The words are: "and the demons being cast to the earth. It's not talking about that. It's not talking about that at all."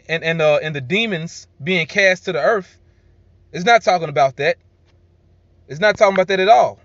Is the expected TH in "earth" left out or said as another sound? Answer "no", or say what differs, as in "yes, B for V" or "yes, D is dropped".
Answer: no